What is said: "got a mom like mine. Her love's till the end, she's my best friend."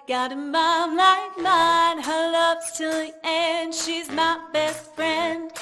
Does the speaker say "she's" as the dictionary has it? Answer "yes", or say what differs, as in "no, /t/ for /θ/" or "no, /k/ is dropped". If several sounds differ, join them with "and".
yes